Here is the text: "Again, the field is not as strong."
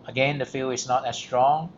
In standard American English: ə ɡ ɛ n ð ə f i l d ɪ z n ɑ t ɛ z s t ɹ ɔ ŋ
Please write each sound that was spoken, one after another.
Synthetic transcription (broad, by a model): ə ɡ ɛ n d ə f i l ɪ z n ɑ t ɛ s t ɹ ɔ ŋ